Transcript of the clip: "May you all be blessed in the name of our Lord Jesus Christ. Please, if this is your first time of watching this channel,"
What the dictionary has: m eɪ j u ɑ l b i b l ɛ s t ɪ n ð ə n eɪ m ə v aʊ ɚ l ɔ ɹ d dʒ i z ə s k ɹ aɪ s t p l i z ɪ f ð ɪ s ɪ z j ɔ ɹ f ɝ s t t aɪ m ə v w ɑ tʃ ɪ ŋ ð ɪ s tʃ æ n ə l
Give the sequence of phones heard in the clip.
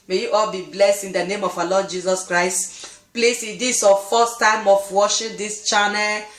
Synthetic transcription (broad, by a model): m eɪ j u ɑ l b i b l ɛ s t ɪ n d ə n eɪ m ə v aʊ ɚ l ɔ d dʒ i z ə s k ɹ aɪ s t p l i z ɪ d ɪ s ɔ f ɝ s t t aɪ m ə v w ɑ ʃ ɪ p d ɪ s tʃ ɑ n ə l